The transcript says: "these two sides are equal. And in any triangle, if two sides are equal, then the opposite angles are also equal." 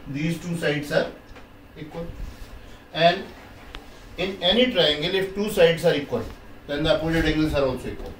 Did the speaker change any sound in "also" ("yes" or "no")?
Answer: yes